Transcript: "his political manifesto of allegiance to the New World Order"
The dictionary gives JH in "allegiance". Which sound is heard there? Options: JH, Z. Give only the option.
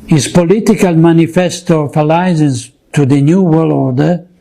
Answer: Z